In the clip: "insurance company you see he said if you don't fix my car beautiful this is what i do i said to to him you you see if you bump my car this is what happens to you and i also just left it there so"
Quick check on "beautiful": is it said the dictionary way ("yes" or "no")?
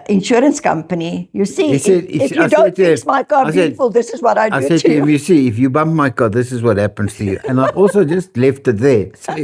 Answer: no